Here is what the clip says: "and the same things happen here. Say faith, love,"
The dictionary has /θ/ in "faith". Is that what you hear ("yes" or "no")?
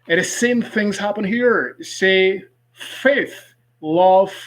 yes